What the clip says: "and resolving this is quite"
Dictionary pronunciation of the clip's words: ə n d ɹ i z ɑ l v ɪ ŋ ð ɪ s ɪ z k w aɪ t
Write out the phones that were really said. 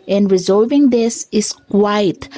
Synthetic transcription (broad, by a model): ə n d ɹ i z ɑ l v ɪ ŋ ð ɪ s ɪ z k w aɪ t